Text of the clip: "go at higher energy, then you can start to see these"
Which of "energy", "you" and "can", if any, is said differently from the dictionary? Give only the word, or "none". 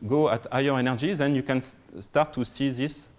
none